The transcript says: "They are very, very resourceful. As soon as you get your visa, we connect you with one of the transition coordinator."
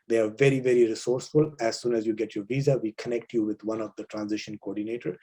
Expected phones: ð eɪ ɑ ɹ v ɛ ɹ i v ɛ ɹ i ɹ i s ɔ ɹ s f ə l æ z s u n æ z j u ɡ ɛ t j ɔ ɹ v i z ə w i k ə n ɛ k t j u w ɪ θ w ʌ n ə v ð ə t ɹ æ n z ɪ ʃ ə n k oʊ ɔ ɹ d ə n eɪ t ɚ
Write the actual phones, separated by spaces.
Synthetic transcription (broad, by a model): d eɪ ɑ ɹ v ɛ ɹ i v ɛ ɹ i ɹ i s ɔ ɹ s f ə l æ z s u n æ z j u ɡ ɛ t j ɔ ɹ v i z ə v i k ə n ɛ k t j u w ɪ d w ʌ n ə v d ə t ɹ æ n z ɪ ʃ ə n k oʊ ɔ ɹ d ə n eɪ t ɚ